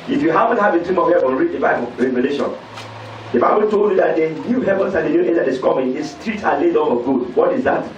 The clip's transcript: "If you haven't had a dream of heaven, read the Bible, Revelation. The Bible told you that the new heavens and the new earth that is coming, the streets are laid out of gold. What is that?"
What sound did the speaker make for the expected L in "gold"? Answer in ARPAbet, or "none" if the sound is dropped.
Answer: none